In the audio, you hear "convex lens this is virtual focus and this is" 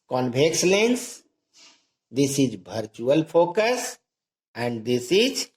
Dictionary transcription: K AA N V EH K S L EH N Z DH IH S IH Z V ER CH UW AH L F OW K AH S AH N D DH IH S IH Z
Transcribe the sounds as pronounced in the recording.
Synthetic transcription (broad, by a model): K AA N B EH K S L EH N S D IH S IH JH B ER CH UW AH L P OW K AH S AH N D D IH S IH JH